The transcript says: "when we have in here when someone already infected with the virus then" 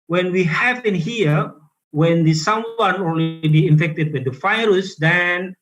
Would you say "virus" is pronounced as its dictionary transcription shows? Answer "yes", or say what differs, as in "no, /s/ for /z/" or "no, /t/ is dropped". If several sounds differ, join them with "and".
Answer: no, /f/ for /v/